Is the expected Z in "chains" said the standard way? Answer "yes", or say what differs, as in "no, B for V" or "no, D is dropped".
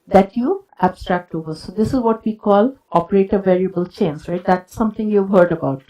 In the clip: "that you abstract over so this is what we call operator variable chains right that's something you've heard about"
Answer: no, S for Z